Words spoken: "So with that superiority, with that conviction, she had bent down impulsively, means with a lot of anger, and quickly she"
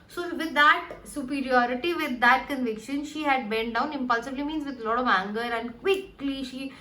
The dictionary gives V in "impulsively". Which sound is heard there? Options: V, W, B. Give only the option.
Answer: B